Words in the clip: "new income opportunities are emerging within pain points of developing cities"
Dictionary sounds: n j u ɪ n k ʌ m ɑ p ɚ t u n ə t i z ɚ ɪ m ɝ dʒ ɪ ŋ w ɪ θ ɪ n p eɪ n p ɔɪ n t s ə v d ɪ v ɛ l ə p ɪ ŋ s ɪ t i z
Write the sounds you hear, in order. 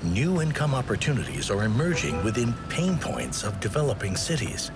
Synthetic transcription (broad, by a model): n j u ɪ n k ʌ m ɑ p ɚ t u n ə t i z ɚ ɪ m ɝ dʒ ɪ ŋ w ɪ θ ɪ n p eɪ n p ɔɪ n t s ə v d ɪ v ɛ l ə p ɪ ŋ s ɪ t i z